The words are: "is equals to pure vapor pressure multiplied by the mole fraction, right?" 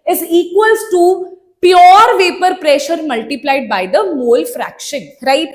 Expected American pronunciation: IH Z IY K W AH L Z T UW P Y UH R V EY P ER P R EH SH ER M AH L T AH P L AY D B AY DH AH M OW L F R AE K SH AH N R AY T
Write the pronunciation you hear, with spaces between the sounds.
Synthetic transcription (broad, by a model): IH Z IY K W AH L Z T UW P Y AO R V EY P ER P R EH SH ER M AH L T AH P L AY D B AY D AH M OW L F R AE K SH AH N R AY T